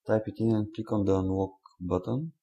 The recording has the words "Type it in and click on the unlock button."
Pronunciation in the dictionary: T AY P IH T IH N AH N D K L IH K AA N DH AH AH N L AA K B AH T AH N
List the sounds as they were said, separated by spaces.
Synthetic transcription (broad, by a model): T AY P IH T IH N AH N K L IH K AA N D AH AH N W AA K B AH T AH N